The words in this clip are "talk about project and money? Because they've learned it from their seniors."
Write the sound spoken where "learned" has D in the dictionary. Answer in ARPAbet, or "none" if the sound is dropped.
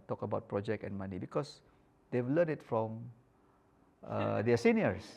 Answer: none